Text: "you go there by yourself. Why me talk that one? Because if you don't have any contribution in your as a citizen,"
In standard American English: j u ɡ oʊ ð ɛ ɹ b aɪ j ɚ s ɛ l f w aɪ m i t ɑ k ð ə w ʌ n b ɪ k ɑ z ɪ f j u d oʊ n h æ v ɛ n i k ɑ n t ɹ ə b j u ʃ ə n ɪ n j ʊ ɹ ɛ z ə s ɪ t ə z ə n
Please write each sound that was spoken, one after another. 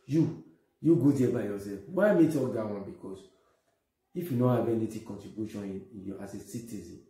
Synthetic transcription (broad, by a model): j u ɡ oʊ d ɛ b aɪ j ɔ s ɛ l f w aɪ m i t ɑ k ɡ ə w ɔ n b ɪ k ɑ s ɪ f j u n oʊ h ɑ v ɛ n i k ɑ n t ɹ ə b j u ʃ ə n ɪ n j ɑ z ə s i t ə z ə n